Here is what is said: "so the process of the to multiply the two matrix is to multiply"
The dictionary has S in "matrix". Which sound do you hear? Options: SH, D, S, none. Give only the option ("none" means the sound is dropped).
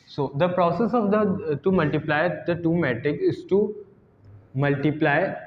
none